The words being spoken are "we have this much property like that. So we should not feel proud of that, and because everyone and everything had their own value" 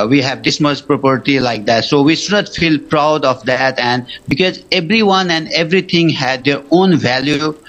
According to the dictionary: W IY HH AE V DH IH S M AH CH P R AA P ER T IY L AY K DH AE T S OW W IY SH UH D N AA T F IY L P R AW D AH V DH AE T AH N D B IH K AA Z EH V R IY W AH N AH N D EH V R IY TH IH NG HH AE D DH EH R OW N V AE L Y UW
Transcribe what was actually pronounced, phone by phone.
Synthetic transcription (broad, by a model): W IY HH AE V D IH S M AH S P R AA P ER T IY L AY K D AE T S OW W IY SH UH D N AA T F IY L P R AW D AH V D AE T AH N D B IH K AA Z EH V R IY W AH N AH N D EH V R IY T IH NG HH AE D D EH R OW N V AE L Y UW